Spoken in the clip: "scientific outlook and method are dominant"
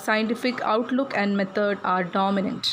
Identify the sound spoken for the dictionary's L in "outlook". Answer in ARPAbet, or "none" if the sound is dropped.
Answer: L